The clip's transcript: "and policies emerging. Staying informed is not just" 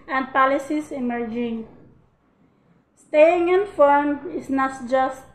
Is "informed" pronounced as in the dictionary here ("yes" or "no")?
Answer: no